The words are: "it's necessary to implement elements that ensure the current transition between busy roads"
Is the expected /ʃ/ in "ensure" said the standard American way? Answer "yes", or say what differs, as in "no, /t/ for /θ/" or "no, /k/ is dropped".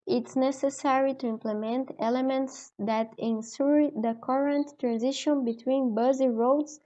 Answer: no, /s/ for /ʃ/